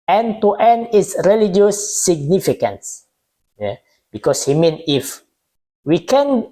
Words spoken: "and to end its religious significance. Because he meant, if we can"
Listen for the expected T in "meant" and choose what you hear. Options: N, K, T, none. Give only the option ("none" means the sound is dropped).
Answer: none